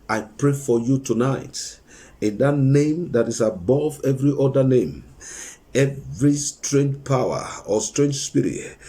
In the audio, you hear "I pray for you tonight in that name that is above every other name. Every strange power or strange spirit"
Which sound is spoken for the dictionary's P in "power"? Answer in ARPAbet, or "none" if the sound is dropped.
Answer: P